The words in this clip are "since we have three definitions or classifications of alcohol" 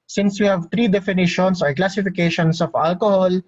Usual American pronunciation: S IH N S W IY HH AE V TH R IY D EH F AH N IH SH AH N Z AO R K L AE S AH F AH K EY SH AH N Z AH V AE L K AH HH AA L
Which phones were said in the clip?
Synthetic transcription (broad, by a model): S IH N S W IY HH AE V T R IY D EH F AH N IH SH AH N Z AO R K L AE S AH F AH K EY SH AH N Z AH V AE L K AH HH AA L